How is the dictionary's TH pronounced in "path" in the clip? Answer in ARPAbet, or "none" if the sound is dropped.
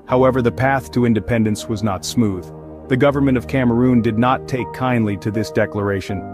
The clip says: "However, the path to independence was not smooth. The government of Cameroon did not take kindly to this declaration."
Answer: TH